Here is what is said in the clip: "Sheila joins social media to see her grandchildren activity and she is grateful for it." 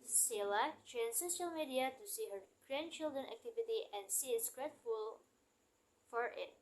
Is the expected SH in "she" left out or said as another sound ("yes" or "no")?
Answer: yes